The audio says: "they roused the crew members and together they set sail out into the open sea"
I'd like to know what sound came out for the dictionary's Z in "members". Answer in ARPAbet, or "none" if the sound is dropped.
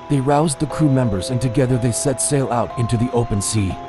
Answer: Z